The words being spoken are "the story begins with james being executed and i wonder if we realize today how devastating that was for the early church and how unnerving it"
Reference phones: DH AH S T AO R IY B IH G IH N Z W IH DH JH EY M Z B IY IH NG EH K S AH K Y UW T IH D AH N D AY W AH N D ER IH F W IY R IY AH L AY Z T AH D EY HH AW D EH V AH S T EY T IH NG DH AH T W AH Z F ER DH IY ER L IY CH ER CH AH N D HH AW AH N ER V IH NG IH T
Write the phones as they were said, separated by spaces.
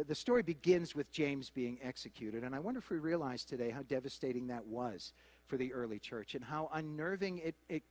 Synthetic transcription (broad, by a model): DH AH S T AO R IY B IH G IH N Z W IH DH JH EY M Z B IY IH NG EH K S AH K Y UW T IH D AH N AY W AH N D ER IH F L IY R IY AH L AY Z T AH D EY HH AW D EH V AH S T EY T IH NG DH AH T W AH Z F ER DH IY ER L IY CH ER CH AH N HH AW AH N ER V IH NG IH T